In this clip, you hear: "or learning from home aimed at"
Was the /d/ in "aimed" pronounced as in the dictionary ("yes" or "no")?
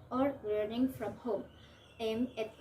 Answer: no